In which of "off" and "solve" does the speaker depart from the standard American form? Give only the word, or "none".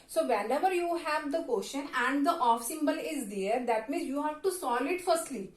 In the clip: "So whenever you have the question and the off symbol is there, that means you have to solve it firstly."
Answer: solve